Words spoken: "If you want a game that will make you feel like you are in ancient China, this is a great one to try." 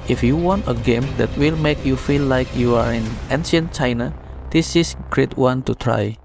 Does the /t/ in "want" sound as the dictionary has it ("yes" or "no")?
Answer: yes